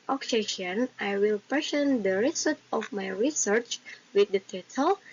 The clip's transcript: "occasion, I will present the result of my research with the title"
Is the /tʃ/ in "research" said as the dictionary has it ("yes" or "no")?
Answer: yes